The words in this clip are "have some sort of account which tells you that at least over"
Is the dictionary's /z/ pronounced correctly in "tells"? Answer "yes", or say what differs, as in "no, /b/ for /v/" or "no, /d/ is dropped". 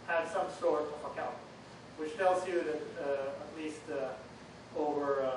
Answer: yes